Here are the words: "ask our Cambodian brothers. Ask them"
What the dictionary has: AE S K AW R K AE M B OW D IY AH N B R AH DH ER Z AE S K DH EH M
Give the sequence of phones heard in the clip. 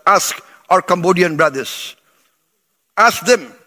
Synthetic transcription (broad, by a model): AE S K AW R K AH M B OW D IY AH N B R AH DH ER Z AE S K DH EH M